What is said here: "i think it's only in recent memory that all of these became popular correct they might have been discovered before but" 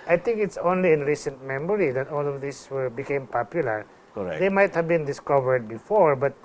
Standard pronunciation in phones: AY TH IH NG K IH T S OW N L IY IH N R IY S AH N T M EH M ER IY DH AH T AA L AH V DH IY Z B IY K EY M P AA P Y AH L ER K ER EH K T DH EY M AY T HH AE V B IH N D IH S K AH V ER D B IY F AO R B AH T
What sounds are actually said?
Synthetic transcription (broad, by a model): AY T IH NG K IH T S OW N L IY IH N R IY S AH N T M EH M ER IY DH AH T AA L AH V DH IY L B IY K EY M P AA P Y AH L ER K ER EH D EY M AY T HH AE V B IH N D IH S K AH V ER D B IY F AO R B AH T